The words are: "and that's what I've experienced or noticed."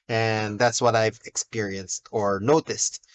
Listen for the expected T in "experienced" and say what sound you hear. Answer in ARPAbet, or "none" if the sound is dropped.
T